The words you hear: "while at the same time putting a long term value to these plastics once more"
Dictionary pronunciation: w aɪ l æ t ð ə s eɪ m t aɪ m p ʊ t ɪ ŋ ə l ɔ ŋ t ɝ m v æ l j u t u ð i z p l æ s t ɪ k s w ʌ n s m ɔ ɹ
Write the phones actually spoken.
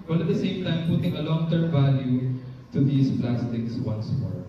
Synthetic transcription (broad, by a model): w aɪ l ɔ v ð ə s eɪ m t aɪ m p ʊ t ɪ ŋ ə l ɔ ŋ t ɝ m v æ l j u t u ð i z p l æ s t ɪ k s w ʌ n s m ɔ ɹ